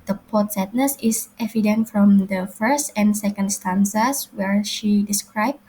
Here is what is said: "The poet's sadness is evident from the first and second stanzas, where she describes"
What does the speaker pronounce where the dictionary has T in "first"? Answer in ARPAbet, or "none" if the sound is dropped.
T